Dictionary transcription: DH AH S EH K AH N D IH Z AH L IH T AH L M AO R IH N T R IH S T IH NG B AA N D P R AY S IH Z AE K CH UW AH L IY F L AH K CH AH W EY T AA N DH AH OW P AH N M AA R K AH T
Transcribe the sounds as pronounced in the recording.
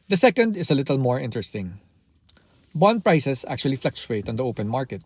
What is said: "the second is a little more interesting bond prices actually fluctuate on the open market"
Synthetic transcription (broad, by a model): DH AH S EH K AH N D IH S AH L IH T AH L M AO R IH N T R IH S T IH NG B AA N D P R AY S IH S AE K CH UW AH L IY F L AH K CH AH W EY T AA N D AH OW P AH N M AA R K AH T